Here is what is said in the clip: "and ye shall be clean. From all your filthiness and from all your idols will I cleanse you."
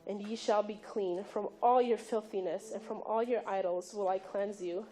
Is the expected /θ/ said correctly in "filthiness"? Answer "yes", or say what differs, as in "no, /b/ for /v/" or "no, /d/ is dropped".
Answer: yes